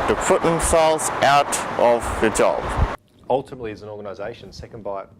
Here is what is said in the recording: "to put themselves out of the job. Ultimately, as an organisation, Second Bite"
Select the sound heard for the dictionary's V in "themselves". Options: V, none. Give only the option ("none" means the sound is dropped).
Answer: none